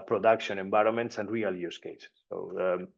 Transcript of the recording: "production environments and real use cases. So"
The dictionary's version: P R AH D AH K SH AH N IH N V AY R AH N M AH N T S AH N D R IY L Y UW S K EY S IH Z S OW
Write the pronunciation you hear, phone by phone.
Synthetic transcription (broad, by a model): P R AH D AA K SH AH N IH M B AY R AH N M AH N T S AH N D R IY L Y UW S K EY IH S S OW